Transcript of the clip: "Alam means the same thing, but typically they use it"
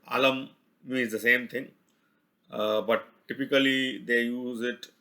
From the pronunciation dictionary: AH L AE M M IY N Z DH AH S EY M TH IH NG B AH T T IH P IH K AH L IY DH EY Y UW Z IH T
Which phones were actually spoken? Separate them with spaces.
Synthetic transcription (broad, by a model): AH L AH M M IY Z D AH S EY M T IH NG B AH T T IH P IH K AH L IY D EY Y UW Z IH T